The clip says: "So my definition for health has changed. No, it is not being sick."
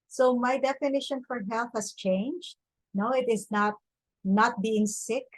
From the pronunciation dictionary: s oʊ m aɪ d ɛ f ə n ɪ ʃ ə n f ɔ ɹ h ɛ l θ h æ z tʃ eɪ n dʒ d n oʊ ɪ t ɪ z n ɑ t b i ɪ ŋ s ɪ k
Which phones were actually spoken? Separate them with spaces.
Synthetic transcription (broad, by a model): s oʊ m aɪ d ɛ f ə n ɪ ʃ ə n f ɔ ɹ h ɛ l θ h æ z tʃ eɪ n dʒ d n oʊ ɪ t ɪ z n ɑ t b i ɪ ŋ s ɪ k